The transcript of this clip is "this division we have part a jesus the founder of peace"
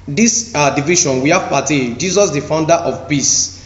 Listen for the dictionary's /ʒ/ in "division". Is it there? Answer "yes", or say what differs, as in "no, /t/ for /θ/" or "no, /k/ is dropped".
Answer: no, /ʃ/ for /ʒ/